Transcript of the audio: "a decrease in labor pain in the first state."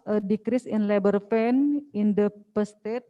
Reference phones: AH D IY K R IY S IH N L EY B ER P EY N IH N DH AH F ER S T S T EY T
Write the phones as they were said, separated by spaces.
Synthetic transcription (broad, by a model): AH D IY K R IY S IH N L EY B ER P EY N IH N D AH P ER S S T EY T